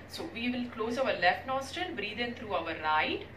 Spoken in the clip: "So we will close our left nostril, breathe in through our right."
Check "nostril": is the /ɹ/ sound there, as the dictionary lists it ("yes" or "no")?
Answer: no